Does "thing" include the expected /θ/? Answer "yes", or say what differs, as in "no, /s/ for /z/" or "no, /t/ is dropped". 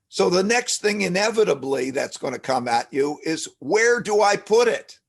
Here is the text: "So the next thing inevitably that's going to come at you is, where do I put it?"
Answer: yes